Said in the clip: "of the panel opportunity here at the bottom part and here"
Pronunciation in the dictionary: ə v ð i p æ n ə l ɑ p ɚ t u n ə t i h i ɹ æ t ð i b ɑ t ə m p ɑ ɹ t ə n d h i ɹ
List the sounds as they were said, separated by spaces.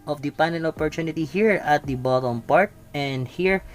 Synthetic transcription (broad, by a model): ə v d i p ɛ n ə n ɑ p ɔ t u n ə t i h i ɹ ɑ t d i b ɑ t ə m p ɑ ɹ t ə n d h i ɹ